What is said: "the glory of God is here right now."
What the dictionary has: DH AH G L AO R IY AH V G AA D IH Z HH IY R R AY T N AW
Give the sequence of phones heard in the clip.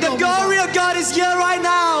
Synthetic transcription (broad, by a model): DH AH G L AO R IY AH V G AA D IH Z HH IY R R AY T N AW